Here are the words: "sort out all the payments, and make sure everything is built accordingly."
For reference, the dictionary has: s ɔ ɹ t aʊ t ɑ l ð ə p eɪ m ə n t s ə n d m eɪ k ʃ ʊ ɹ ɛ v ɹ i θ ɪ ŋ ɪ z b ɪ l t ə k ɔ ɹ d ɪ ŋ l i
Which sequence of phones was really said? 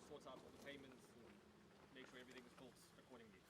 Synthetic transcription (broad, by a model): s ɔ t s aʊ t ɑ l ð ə p eɪ m ə n t s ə m eɪ k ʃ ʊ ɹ ɛ v ɹ i θ ɪ ŋ ɪ z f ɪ l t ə k ɔ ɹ d ɪ ŋ l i